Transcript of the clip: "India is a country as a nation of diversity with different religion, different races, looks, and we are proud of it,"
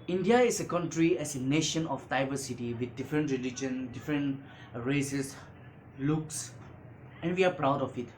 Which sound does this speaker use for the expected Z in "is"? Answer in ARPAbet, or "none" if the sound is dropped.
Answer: S